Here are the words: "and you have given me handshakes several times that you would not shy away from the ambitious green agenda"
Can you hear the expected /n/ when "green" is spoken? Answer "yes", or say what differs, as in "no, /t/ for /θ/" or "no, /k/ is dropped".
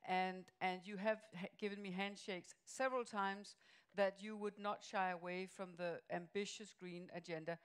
yes